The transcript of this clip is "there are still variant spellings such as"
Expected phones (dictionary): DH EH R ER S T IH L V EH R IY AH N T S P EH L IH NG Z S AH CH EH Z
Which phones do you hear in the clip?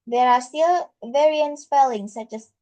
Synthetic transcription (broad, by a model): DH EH R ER S T IH L V EH R IY AH N T S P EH L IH NG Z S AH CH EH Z